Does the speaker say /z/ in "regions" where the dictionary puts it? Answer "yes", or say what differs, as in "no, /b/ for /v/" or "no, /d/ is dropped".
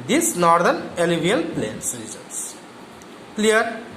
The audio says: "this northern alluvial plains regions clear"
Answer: no, /s/ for /z/